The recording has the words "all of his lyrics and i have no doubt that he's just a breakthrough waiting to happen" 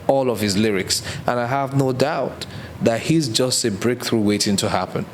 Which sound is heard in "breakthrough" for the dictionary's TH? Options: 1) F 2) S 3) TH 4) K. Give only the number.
3